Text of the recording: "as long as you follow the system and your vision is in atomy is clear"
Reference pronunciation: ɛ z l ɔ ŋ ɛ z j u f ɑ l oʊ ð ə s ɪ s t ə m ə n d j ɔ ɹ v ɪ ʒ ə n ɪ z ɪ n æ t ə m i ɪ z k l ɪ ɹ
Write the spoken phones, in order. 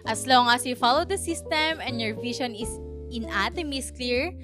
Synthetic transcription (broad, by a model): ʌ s l ɔ ŋ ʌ s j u f ɑ l oʊ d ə s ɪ s t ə m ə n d j ɔ ɹ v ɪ ʃ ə n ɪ s ɪ n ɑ t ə m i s k l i ɹ